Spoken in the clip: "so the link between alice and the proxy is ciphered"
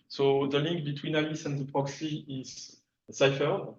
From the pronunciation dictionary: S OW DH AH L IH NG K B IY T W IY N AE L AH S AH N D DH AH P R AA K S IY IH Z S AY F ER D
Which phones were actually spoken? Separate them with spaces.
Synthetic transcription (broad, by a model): S OW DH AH L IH NG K B IY T W IY N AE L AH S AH N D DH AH P R AA K S IY IH Z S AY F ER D